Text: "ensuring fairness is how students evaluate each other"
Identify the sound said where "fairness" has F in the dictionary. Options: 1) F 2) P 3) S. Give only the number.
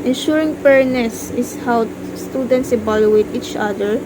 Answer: 2